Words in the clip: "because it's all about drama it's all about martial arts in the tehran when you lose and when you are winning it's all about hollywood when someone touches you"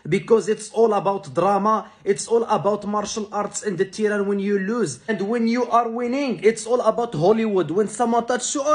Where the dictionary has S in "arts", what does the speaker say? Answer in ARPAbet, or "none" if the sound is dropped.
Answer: S